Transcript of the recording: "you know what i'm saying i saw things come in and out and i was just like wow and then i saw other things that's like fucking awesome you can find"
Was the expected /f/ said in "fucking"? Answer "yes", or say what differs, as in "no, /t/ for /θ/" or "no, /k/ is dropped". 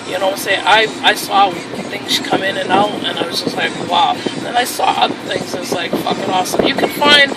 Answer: yes